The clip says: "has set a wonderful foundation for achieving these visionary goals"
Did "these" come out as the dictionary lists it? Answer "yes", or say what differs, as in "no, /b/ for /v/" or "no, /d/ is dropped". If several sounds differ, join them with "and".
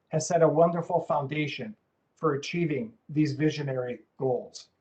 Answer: yes